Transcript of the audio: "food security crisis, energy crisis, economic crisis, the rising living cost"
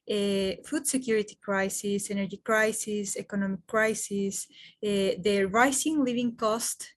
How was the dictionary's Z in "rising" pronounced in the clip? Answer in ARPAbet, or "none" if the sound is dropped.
S